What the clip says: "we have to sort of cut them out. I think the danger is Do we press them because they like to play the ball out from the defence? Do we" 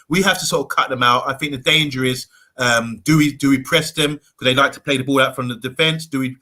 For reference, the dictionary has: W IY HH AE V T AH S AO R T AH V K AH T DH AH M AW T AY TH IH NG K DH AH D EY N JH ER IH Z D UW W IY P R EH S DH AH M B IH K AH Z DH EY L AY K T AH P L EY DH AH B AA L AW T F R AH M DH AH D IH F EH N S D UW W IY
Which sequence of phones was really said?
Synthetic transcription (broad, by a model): W IY HH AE F T AH S AO R T AH V K AH T DH AH M AW T AY TH IH NG K DH AH D EY N JH ER IH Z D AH W IY P R EH S DH AH M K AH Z DH EY L AY K T AH P L EY DH AH B AA L AW T F R AH M DH AH D IH F EH N S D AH W IY